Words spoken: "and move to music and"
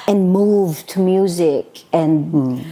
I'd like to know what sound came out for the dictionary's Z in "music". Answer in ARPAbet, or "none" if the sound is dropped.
Z